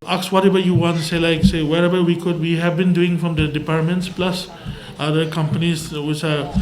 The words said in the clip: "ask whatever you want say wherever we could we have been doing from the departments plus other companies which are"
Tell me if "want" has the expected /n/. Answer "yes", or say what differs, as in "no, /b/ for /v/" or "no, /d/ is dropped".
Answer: yes